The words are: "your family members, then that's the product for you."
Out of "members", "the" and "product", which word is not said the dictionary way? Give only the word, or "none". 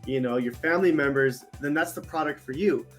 none